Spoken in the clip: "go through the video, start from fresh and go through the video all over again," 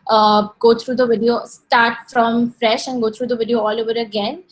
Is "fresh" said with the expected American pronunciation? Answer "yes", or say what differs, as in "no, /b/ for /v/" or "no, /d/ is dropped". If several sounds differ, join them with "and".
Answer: yes